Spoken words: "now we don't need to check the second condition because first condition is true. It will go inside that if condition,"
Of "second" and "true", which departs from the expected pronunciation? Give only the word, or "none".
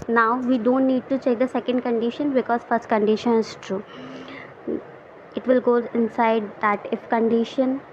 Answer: none